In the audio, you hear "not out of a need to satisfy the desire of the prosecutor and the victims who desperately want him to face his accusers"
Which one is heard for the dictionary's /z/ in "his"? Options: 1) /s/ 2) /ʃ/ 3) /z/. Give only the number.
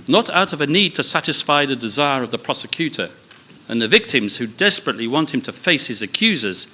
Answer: 3